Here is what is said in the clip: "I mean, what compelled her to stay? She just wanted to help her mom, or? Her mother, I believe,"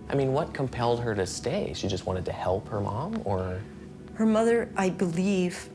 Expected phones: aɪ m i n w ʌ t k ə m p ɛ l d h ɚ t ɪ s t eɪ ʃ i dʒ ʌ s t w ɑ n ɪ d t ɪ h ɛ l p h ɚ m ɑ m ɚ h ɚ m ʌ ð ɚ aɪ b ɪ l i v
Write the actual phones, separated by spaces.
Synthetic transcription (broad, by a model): aɪ m i n w ʌ t k ə m p ɛ l d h ɚ t ɪ s t eɪ ʃ i dʒ ʌ s t w ɑ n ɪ d t ɪ h ɛ l p h ɚ m ɑ m ɚ h ɚ m ʌ ð ɚ aɪ b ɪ l i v